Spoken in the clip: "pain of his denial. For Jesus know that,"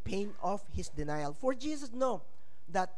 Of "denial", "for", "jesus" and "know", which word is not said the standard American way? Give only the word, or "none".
jesus